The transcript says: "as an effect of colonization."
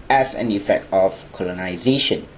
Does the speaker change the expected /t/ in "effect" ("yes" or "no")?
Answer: no